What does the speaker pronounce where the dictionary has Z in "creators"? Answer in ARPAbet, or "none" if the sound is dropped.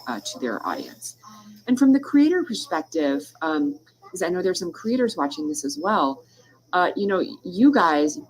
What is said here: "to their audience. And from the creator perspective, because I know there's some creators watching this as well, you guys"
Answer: Z